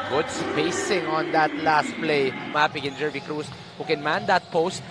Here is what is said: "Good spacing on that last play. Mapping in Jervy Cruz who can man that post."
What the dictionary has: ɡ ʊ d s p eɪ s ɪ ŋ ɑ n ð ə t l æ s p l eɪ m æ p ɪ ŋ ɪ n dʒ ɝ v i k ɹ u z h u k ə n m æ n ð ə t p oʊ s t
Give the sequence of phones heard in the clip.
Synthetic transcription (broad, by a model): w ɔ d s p eɪ s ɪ ŋ ɑ n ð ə t l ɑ s p l eɪ m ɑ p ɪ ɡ ɪ n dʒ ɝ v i k ɹ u s h u k ə n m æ n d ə t p oʊ s t